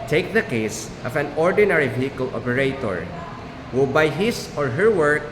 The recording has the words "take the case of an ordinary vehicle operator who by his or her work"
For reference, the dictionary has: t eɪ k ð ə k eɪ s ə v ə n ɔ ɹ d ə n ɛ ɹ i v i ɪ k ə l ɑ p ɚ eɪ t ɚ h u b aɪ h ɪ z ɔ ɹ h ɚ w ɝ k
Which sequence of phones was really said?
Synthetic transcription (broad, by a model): t eɪ k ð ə k eɪ s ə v ə n ɔ ɹ d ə n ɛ ɹ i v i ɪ k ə l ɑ p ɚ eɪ t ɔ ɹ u b aɪ h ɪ s ɔ ɹ h ɚ w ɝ k